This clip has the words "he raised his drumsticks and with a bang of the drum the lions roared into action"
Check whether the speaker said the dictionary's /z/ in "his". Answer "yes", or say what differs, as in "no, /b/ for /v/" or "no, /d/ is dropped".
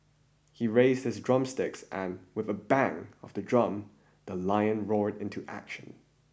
yes